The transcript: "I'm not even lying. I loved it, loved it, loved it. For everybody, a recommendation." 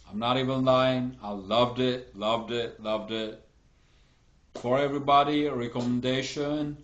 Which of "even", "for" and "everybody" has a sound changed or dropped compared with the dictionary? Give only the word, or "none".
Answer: none